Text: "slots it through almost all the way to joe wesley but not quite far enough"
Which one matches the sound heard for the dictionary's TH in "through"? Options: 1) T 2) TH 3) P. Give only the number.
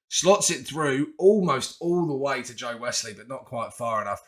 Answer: 2